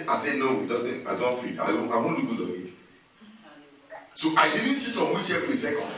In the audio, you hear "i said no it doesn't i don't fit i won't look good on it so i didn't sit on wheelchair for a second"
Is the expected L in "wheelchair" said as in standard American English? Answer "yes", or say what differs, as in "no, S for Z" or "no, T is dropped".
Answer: no, L is dropped